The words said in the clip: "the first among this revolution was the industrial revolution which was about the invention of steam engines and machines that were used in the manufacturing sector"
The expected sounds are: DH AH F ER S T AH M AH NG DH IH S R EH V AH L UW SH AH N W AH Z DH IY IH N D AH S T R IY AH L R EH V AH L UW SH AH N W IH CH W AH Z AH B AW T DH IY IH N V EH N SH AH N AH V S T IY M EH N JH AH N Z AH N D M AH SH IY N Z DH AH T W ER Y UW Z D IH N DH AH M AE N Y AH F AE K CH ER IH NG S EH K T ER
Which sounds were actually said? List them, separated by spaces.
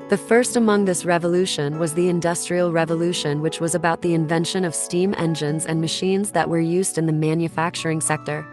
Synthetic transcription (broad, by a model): DH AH F ER S T AH M AH NG DH IH S R EH V AH L UW SH AH N W AH Z DH IY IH N D AH S T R IY L R EH V AH L UW SH AH N W IH CH W AH Z AH B AW T DH IY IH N V EH N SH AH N AH V S T IY M EH N JH AH N Z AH N M AH SH IY N Z DH AH T W ER Y UW Z D IH N DH AH M AE N Y AH F AE K CH ER IH NG S EH K T ER